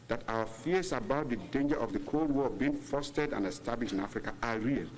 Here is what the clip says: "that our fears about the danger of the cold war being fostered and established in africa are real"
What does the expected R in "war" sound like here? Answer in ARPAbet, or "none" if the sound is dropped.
L